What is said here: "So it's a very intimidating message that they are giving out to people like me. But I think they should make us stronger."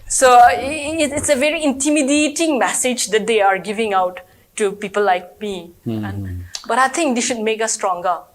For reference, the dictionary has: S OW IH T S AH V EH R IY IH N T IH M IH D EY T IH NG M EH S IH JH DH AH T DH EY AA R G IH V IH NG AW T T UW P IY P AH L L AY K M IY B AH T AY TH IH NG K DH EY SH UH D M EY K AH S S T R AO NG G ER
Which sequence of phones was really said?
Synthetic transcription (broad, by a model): S OW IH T S AH V EH R IY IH N T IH M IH D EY T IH NG M EH S IH JH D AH T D EY AA R G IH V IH NG AW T T UW P IY P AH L L AY K M IY B AH T AY T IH NG K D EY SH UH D M EY K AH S S T R AO NG G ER